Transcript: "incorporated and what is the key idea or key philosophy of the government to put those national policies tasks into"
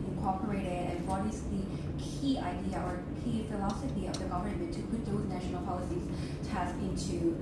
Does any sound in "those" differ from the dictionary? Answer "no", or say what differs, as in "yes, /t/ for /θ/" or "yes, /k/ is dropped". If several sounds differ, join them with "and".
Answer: no